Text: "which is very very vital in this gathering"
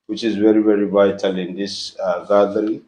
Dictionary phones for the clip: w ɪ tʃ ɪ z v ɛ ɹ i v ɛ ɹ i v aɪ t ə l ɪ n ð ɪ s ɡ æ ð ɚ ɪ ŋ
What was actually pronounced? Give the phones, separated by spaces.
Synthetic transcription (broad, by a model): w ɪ tʃ ɪ z v ɛ ɹ i v ɛ ɹ i v aɪ t ə l ɪ n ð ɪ s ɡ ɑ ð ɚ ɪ